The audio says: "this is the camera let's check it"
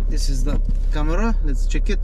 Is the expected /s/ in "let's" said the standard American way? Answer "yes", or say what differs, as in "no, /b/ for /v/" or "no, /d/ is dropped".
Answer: no, /s/ is dropped